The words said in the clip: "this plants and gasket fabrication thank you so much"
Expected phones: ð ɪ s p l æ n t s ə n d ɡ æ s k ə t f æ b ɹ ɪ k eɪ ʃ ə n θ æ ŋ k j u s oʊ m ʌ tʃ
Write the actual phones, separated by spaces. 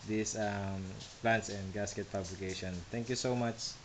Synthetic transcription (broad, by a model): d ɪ s p l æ n t s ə n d ɡ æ s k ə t p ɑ b l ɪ k eɪ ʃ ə n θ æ ŋ k j u s oʊ m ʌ tʃ